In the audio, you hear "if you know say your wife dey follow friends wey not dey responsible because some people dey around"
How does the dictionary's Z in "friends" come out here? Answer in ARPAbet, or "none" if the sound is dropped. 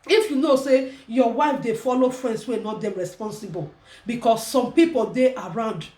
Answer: S